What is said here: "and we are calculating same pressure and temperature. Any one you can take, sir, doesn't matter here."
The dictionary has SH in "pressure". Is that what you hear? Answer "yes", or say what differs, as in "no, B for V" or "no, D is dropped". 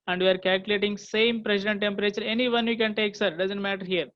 no, S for SH